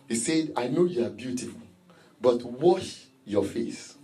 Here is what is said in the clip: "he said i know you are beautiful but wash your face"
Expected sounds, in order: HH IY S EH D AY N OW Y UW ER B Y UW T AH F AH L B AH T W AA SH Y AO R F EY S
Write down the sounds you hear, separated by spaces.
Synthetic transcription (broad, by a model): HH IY S EH D AY N OW Y UW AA B Y UW T AH F AH L B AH T W AA SH Y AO F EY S